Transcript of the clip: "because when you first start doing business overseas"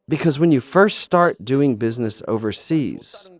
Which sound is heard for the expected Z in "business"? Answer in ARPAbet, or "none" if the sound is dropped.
Z